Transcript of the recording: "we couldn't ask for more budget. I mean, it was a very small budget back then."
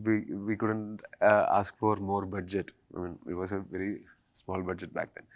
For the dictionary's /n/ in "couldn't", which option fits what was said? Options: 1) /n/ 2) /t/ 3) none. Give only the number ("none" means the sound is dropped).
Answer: 1